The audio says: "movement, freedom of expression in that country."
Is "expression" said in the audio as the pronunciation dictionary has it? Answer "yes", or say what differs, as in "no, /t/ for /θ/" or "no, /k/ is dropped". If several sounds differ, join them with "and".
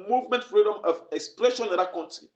no, /l/ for /ɹ/